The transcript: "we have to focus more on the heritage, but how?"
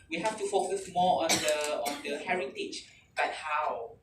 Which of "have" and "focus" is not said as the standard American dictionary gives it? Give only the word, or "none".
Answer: have